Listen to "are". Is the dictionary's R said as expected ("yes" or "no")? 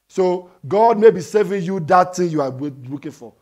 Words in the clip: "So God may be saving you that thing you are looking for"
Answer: no